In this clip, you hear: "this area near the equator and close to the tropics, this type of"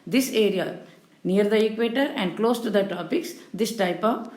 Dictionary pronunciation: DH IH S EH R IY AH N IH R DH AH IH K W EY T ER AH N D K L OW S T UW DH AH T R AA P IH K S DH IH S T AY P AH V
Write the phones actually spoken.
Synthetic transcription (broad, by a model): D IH S EH R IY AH N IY R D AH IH K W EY T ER AH N D K L OW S T UW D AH T AA P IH K S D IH S T AY P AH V